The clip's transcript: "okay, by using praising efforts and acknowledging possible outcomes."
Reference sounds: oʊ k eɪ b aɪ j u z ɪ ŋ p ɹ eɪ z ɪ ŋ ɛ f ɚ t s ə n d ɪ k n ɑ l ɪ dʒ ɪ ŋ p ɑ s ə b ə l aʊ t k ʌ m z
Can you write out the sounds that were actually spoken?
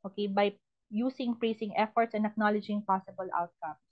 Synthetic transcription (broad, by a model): oʊ k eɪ b aɪ j u s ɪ ŋ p ɹ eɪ s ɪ ŋ ɛ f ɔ t s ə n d ɪ k n ɑ l ɪ dʒ ɪ ŋ p ɑ s ə b ə l aʊ t k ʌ m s